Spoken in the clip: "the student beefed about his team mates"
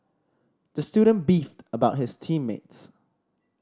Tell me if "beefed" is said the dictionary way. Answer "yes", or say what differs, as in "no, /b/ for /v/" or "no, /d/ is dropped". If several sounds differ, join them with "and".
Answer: yes